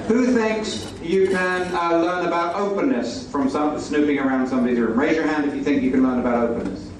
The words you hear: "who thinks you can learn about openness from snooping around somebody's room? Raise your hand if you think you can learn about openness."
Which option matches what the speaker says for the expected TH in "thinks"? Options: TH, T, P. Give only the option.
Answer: TH